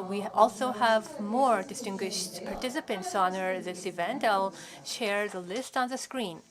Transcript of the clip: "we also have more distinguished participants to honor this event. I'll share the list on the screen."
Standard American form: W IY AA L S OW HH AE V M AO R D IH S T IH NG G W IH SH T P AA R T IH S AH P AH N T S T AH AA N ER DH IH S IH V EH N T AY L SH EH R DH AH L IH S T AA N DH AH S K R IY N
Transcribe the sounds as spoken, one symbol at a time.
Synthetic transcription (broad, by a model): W IY AA L S OW HH AE V M AO R D IH S T IH NG G W IH SH T P AA R T IH S AH P AH N T S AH AA N ER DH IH S IH V EH N T AY L SH EH R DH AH L IH S T AA N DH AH S K R IY N